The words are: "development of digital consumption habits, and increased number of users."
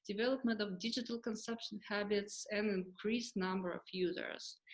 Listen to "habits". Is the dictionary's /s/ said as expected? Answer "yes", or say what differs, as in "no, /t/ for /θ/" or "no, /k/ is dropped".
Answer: yes